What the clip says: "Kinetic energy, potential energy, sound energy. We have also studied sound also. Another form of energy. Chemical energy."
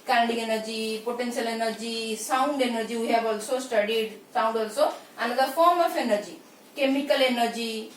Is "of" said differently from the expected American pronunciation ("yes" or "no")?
yes